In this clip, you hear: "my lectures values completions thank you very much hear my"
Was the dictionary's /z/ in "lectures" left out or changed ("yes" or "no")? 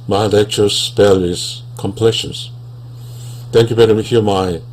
yes